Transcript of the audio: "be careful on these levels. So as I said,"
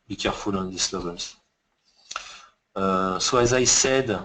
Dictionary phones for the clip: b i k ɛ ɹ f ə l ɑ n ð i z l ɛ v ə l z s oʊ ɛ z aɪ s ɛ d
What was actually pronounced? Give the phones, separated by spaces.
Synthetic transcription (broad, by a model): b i k ɛ ɹ f ə l ɑ n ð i s l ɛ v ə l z s oʊ ɛ z aɪ s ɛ d